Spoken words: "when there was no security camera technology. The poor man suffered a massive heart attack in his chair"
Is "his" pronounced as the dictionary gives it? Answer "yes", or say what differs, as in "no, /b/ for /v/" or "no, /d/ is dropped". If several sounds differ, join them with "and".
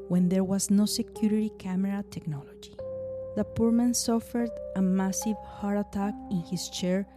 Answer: no, /s/ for /z/